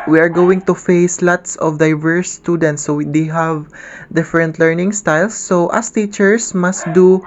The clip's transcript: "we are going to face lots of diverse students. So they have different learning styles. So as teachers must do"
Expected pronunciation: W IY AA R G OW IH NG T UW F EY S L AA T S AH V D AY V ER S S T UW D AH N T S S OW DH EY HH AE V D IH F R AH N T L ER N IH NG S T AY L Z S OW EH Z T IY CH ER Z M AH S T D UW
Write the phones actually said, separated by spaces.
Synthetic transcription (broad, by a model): W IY AA R G OW IH NG T UW F EY S L AA T S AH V D AY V ER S S T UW D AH N T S S OW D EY HH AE V D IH F R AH N T L ER N IH NG S T AY L S OW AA S T IY CH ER S M AH S T D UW